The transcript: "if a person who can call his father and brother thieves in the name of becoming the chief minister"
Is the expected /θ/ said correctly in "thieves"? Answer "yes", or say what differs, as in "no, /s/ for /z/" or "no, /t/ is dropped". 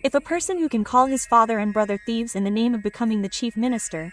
yes